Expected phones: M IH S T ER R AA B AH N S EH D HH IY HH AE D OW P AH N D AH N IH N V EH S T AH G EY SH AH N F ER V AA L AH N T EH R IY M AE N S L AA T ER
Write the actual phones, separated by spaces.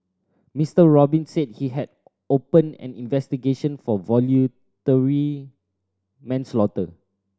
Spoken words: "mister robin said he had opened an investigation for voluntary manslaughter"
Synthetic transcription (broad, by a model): M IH S T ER R AA B AH N S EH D HH IY HH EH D OW P AH N AH N IH N V EH S T AH G EY SH AH N F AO V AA L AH T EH R IY M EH N S L AA T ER